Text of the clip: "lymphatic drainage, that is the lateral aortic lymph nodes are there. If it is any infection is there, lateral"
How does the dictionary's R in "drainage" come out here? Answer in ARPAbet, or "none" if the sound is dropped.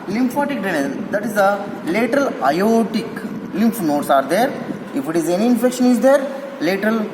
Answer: none